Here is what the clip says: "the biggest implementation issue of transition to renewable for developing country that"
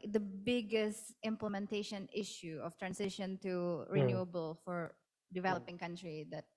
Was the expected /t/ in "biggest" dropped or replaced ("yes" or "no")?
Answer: no